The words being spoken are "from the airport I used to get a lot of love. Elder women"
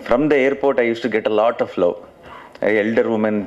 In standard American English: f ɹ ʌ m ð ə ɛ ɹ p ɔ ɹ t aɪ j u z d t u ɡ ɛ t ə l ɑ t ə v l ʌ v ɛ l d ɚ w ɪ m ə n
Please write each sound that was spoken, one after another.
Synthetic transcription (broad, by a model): f ɹ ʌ m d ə ɛ ɹ p ɔ ɹ t aɪ j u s t u ɡ ɛ t ə l ɑ t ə f l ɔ ɛ l d ɚ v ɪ m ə n